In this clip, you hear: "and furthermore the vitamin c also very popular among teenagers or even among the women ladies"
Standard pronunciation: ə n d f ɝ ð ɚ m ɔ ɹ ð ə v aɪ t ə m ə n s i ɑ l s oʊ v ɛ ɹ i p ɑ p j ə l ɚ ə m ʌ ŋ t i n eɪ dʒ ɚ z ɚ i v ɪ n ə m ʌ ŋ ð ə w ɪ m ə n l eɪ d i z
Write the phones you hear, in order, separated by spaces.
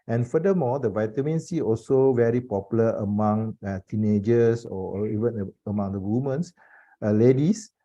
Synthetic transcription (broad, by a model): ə n f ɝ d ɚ m ɔ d ə v aɪ t ə m ə n s i ɑ l s oʊ v ɛ ɹ i p ɑ p j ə l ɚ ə m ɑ ŋ t i n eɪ dʒ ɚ s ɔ i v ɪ n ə m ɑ ŋ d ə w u m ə n l eɪ d i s